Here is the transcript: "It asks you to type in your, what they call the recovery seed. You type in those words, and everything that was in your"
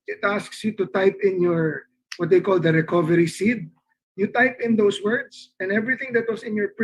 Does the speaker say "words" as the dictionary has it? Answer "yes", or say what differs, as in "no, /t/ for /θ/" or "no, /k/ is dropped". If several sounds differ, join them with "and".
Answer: no, /s/ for /z/